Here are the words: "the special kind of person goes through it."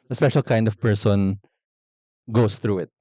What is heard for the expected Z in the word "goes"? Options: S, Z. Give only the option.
S